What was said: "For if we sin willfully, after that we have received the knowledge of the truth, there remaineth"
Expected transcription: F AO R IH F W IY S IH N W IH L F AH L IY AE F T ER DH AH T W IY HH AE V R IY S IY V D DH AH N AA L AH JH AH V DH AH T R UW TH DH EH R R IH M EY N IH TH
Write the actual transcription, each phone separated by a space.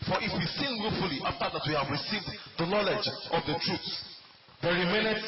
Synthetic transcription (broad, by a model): F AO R IH F W IY S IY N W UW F F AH L IY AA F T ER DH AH T W IY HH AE V R IY S IY V D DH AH N AA L AH JH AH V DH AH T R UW S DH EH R R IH M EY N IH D